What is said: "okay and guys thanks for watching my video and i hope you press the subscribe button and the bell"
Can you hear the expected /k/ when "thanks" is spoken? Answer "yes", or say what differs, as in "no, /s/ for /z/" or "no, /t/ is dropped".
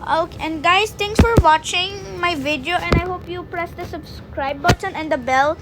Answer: no, /k/ is dropped